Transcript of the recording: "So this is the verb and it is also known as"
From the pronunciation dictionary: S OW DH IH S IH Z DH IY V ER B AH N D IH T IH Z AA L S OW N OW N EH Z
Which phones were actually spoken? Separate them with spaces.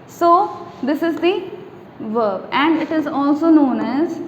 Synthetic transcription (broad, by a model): S OW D IH S IH Z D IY V ER B AH N D IH T IH Z AA L S OW N OW N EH Z